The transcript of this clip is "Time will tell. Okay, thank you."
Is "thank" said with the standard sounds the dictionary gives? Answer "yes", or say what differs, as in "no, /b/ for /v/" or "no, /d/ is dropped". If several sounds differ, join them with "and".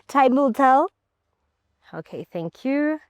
yes